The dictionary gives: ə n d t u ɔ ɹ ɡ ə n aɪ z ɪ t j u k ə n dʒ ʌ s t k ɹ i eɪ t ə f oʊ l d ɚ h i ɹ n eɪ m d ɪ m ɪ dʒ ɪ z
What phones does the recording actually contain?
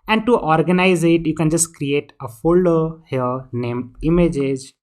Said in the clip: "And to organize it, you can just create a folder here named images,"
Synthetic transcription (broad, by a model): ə n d t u ɔ ɹ ɡ ə n aɪ z ɪ t j u k ə n dʒ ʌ s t k ɹ i eɪ t ə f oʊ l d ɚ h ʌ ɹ n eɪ m ɪ m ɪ dʒ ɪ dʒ